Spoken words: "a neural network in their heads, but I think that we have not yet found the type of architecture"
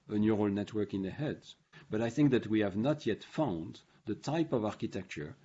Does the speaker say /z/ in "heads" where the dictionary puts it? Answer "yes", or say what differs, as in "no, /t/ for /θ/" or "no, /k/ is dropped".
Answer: no, /z/ is dropped